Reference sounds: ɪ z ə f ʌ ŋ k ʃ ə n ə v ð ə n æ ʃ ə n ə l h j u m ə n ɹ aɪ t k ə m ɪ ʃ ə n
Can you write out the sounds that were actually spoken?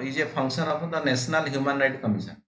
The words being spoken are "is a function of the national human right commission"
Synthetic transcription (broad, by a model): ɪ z ə p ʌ ŋ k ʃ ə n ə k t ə n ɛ s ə n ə l h j u m ə n ɹ aɪ t k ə m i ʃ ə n